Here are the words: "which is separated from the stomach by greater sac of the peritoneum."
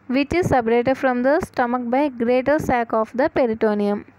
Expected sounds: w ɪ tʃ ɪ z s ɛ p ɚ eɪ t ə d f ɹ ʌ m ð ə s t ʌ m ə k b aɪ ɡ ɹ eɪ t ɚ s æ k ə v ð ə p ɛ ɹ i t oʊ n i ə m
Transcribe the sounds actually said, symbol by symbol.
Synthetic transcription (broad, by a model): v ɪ tʃ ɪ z s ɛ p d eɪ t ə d f ɹ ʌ m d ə s t ʌ m ə k b aɪ ɡ ɹ eɪ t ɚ s æ k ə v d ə p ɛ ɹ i t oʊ n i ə m